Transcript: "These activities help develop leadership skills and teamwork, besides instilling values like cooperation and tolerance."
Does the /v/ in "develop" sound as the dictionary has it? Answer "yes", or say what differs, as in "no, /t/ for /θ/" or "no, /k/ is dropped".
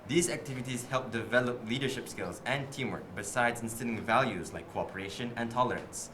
yes